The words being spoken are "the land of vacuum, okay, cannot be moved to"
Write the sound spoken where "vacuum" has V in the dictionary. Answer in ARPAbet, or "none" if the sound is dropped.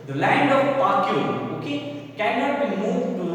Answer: P